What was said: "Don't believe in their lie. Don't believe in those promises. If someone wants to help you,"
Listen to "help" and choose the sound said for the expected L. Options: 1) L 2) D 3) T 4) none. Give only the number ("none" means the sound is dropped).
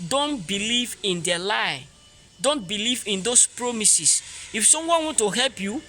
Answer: 1